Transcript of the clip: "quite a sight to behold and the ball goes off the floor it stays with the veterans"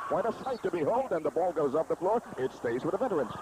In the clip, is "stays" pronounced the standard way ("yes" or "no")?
yes